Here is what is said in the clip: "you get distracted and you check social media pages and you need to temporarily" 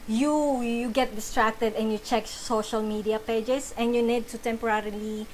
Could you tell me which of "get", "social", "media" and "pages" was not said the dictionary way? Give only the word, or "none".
pages